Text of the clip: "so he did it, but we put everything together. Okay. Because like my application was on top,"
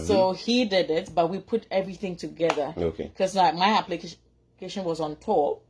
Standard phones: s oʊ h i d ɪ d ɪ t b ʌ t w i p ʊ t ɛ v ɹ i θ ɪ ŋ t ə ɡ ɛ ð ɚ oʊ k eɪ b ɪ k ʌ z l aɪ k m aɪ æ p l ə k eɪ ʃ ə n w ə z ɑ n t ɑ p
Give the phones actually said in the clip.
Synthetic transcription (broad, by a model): s oʊ h i d ɪ d ɪ t b ʌ t w i p ʊ t ɛ v ɹ i θ ɪ ŋ t ə ɡ ɛ ð ɚ oʊ k eɪ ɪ k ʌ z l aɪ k m aɪ æ p l ə k eɪ ʃ ə n w ə z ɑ n t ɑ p